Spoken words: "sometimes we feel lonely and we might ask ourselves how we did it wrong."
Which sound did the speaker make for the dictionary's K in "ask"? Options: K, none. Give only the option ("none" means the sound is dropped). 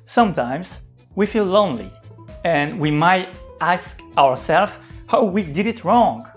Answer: K